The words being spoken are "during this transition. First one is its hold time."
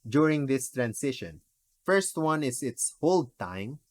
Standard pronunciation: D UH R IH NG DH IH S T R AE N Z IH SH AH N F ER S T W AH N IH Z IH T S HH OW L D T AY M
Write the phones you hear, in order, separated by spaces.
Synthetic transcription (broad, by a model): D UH R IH NG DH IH S T R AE N S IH SH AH N F ER S T W AH N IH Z IH T S HH OW L D T AY M